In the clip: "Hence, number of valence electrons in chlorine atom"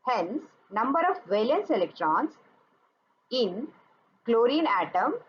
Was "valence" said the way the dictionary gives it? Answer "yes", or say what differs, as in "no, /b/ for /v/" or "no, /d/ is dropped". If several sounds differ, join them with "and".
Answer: yes